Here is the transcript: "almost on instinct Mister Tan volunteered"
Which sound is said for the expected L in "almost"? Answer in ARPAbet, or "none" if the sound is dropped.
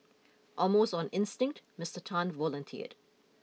none